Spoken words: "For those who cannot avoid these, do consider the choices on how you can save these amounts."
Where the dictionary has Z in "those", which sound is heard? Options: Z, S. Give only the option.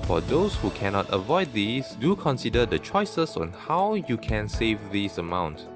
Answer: S